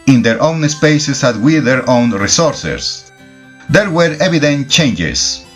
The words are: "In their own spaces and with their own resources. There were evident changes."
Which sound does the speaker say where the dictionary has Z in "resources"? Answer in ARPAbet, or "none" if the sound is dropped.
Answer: S